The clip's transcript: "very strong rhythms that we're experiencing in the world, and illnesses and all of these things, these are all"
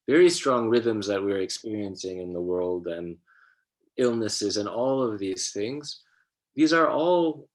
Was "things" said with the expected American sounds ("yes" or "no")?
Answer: yes